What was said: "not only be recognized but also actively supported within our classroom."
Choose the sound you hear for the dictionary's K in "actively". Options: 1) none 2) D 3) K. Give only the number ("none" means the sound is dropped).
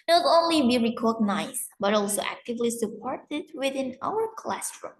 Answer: 3